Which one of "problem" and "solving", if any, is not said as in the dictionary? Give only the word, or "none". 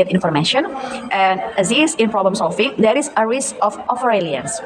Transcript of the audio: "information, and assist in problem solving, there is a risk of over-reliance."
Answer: solving